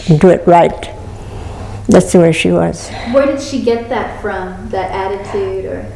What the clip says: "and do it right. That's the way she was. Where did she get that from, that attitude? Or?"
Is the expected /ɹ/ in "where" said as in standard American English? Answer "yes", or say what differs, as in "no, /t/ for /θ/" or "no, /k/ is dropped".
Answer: yes